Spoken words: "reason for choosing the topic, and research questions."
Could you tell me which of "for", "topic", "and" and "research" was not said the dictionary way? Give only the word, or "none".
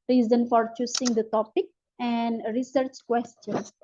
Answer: none